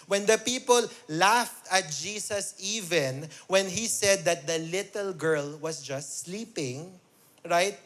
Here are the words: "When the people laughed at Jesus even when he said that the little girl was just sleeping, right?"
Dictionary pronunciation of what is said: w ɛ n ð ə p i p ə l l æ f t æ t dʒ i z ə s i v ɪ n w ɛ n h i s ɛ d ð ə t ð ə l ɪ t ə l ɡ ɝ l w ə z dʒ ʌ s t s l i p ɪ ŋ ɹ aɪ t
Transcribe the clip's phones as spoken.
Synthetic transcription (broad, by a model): w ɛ n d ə p i p ə l l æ f t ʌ t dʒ i s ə s i v ɪ n w ɛ n h i s ɛ d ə t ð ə l ɪ t ə l ɡ ɝ l w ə s dʒ ʌ s t s l i p ɪ ŋ ɹ aɪ t